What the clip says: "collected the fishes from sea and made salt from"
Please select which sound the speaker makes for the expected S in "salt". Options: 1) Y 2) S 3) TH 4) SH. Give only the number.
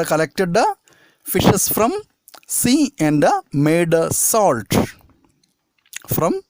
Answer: 2